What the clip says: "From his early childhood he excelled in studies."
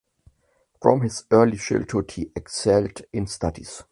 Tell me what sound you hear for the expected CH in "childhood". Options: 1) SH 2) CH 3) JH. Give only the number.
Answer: 1